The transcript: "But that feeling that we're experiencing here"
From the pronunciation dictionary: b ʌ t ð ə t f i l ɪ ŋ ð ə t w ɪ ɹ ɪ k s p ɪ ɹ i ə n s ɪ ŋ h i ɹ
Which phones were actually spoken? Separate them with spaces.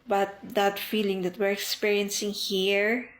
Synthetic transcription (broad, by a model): b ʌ t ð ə t f i l ɪ ŋ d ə t w ɪ ɹ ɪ k s p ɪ ɹ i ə n s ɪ ŋ h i ɹ